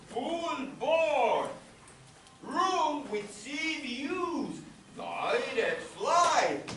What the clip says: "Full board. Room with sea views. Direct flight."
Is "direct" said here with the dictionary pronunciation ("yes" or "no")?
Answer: no